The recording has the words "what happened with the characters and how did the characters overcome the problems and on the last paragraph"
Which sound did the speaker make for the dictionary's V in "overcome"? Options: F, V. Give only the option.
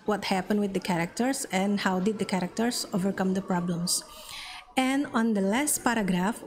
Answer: V